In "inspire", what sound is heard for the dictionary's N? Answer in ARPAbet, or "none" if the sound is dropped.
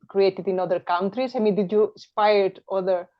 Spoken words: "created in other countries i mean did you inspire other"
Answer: none